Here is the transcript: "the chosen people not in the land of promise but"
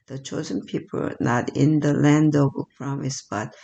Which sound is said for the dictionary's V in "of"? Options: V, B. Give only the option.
B